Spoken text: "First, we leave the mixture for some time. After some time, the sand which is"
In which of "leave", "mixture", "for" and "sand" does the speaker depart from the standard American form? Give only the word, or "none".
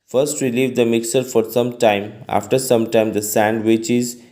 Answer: mixture